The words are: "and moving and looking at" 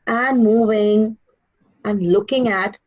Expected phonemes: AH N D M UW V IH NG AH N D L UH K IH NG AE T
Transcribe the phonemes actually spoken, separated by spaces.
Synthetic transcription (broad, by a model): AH N M UW V IH NG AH N L UH K IH NG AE T